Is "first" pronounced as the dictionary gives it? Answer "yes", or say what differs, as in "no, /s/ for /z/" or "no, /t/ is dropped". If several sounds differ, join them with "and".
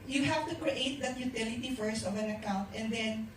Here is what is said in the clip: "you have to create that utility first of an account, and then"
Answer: no, /t/ is dropped